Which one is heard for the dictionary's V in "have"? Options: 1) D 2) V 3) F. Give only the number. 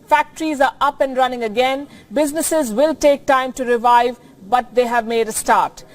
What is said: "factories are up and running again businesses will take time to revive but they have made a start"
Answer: 2